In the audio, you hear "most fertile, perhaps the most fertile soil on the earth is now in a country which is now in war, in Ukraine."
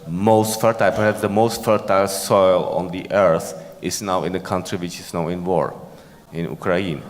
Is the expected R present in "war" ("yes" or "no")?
yes